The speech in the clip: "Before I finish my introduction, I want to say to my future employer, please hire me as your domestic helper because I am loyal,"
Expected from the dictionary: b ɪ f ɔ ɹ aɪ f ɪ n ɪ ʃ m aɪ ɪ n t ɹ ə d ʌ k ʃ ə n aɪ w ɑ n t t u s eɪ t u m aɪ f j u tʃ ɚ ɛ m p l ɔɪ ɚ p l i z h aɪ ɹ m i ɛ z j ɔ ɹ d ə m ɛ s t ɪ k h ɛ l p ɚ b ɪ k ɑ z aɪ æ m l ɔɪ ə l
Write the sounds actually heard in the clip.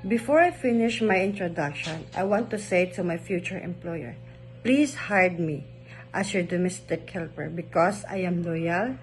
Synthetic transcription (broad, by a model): b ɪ f ɔ ɹ aɪ f ɪ n ɪ ʃ m aɪ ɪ n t ɹ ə d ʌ k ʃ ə n aɪ w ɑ n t t u s eɪ t u m aɪ f j u tʃ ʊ ɛ m p l ɔɪ ɚ p l i s h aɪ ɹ m i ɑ s j ɔ ɹ d ə m ɛ s t ɪ k h ɛ l p ɚ b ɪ k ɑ s aɪ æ m l ɔɪ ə l